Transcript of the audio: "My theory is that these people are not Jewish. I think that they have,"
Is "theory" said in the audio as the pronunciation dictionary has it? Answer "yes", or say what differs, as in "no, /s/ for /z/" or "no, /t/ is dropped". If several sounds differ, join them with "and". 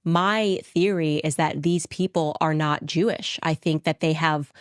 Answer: yes